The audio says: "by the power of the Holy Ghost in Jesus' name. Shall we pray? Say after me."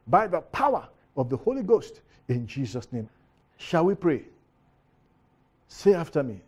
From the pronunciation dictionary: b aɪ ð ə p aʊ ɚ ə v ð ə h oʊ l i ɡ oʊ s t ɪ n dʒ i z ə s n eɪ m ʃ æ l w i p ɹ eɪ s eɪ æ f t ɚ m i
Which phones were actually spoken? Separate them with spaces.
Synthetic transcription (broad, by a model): b aɪ ð ə p aʊ ɚ ə v ð ə h oʊ l i ɡ oʊ s t ɪ n dʒ i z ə s n eɪ m ʃ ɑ l w i p ɹ eɪ s eɪ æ f t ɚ m i